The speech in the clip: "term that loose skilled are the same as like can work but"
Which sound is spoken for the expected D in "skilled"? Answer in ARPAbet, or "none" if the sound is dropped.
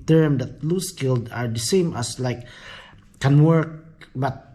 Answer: D